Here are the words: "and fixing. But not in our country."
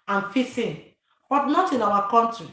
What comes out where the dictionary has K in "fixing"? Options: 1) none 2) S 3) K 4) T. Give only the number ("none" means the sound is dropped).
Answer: 1